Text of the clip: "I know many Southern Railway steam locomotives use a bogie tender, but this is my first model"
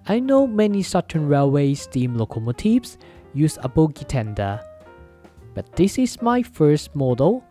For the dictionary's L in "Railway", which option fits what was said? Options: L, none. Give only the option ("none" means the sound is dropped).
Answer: L